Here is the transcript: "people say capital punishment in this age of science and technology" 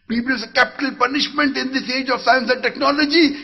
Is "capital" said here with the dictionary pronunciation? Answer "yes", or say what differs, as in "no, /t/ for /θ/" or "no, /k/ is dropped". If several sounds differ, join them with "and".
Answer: yes